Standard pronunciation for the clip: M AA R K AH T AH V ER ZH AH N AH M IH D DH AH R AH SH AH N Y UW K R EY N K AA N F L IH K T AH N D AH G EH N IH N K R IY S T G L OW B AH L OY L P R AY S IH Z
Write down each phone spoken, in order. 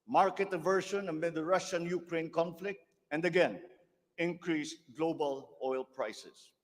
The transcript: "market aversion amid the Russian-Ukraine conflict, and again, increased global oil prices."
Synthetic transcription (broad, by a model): M AA R K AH T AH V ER SH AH N AH M IH D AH R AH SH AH N Y UW K R EY N K AA N F L IH K T AH N D AH G EH N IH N K R IY S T G L OW B AH L OY L P R AY S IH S